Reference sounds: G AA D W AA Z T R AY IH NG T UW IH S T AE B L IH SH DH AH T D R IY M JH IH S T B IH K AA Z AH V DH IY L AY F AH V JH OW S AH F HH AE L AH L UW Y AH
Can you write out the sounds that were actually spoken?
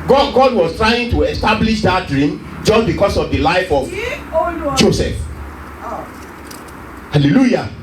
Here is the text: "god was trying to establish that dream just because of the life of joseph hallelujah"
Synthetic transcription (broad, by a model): G AA D W AA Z T R AY IH NG T UW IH S T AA B L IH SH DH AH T D R IY M JH IH S T B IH K AA S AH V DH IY L AY F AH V JH OW S AH F HH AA L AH L UW Y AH